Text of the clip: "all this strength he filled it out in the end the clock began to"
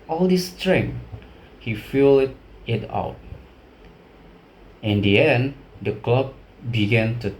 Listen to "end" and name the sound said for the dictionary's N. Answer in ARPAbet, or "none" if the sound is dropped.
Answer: N